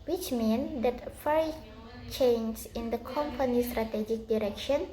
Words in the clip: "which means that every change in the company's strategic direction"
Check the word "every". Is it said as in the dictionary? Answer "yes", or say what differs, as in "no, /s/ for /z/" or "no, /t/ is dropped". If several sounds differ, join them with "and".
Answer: no, /v/ is dropped